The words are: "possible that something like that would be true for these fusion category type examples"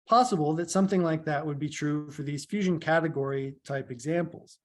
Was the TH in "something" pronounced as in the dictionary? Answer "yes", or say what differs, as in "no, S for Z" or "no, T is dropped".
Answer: yes